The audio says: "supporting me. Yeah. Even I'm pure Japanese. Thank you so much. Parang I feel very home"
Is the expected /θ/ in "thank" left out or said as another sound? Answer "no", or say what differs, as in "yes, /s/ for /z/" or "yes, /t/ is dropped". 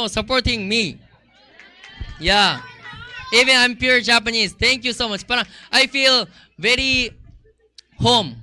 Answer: yes, /t/ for /θ/